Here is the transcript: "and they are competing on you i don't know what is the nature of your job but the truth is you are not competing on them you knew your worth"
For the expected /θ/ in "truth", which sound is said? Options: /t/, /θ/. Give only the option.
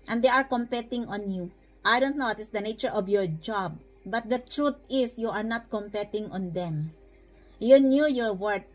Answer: /t/